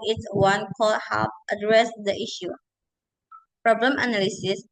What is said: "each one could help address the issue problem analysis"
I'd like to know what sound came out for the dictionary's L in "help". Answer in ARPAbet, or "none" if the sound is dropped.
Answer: none